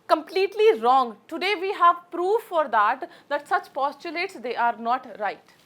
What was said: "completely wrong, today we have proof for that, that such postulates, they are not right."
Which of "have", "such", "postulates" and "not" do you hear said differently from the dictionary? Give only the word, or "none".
none